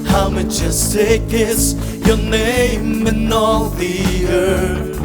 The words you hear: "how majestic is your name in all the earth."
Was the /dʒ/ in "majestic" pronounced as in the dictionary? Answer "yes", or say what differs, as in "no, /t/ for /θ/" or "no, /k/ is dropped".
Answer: no, /tʃ/ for /dʒ/